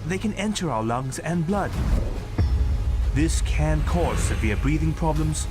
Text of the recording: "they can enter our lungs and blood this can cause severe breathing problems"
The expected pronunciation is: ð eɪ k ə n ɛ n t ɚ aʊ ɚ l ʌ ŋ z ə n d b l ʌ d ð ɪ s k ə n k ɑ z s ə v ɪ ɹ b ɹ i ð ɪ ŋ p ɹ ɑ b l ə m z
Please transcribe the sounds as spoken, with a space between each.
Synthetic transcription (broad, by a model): ð eɪ k ə n ɛ n t ɚ aʊ ɚ l ʌ ŋ z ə n b l ʌ d ð ɪ s k ə n k ɑ z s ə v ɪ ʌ b ɹ i ð ɪ ŋ p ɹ ɑ b l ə m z